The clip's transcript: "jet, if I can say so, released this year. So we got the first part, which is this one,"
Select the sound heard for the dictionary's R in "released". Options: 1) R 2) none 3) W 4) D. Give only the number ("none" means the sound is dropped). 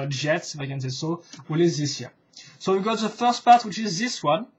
3